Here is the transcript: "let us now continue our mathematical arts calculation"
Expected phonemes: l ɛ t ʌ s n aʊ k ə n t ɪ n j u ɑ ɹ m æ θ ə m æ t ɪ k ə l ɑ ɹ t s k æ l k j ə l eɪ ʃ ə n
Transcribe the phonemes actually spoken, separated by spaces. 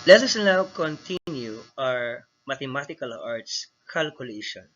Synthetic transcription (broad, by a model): l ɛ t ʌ s n aʊ k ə n t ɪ n j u ɑ ɹ m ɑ t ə m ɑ t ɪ k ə l ɑ ɹ t s k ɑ l k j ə l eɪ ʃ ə n